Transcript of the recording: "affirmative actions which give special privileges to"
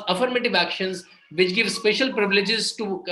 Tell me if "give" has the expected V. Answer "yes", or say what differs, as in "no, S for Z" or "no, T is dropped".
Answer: yes